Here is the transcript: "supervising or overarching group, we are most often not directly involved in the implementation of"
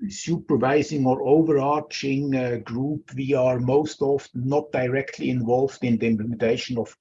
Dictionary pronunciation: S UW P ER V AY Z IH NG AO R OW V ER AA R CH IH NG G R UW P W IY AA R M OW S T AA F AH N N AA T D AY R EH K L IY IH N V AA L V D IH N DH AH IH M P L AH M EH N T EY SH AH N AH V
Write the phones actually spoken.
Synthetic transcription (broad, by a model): S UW P ER V AY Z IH NG AO R OW V ER AA R CH IH NG G R UW P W IY AA R M OW S T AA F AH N N AA T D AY R EH K L IY IH N V AA L V D IH N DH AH IH M P L AH M EH N T EY SH AH N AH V